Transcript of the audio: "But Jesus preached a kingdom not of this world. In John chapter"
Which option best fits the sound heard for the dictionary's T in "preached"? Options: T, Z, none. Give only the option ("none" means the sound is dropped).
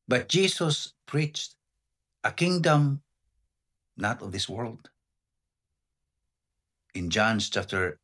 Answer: T